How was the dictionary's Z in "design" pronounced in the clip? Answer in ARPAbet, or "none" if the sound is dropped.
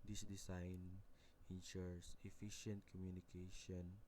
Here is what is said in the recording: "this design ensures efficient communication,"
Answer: S